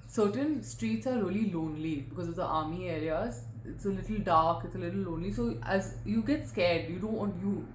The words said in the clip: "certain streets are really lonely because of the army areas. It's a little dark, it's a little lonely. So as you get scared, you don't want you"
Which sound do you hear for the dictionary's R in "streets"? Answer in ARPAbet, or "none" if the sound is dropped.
R